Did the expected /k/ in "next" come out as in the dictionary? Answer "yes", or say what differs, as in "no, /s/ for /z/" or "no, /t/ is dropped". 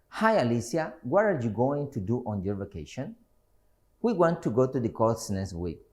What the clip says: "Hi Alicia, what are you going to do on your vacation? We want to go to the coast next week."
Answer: no, /k/ is dropped